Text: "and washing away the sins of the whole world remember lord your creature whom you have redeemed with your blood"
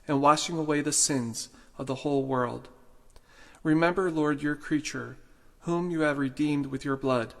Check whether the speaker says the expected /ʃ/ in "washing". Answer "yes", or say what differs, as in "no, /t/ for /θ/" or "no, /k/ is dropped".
yes